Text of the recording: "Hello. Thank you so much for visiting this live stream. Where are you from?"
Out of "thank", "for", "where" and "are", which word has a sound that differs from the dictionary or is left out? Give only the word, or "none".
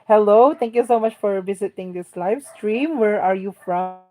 thank